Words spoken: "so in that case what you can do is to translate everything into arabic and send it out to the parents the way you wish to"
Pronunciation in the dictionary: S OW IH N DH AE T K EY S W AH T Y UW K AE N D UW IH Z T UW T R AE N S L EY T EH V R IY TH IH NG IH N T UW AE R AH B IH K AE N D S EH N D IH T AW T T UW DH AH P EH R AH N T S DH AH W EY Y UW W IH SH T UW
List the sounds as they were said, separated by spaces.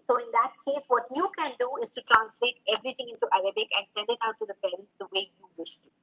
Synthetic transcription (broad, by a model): S OW IH N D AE T K EY S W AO T Y UW K AE N D UW IH Z T UW T R AE N S L EY T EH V R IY T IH NG IH N T UW AE R AH B IH K AE N D S EH N D IH T AW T T UW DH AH P EH R AH N T S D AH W EY Y UW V IH SH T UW